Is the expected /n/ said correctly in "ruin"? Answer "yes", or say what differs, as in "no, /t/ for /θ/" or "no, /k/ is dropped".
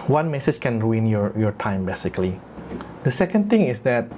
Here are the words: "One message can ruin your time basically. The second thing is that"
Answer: yes